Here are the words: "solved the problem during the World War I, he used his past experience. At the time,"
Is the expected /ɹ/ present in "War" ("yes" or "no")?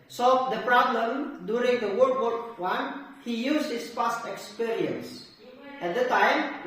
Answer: no